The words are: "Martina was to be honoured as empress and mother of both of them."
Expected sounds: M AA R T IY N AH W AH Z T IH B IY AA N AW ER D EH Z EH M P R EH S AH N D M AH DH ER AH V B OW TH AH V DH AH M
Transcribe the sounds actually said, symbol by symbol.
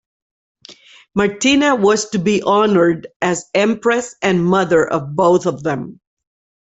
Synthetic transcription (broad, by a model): M AA R T IY N AH W AH Z T IH B IY AA N ER D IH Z EH M P R EH S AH N M AH DH ER AH V B OW TH AH V DH AH M